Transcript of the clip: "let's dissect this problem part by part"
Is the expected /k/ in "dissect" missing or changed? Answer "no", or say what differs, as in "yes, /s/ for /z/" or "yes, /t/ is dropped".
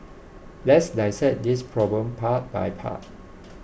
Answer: yes, /k/ is dropped